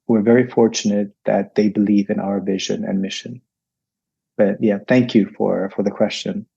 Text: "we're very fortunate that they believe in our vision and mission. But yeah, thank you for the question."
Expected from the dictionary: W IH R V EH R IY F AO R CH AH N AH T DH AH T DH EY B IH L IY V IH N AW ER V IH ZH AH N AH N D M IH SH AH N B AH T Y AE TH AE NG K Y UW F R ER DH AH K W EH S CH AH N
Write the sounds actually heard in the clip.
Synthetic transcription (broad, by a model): W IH R V EH R IY F AO R CH AH N AH T DH AH T DH EY B IH L IY V IH N AW ER V IH ZH AH N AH N M IH SH AH N B AH T Y AE TH AE NG K Y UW F R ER DH AH K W EH S CH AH N